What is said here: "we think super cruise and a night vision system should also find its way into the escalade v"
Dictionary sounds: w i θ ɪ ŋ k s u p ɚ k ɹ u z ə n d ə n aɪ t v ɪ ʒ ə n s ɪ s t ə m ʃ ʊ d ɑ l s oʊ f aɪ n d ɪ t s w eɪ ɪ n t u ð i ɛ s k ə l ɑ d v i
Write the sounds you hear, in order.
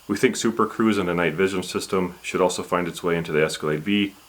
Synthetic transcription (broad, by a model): w i θ ɪ ŋ k s u p ɚ k ɹ u z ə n ə n aɪ t v ɪ ʒ ə n s ɪ s t ə m ʃ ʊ d ɑ l s oʊ f aɪ n d ɪ t s w eɪ ɪ n t u ð i ɛ s k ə l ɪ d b i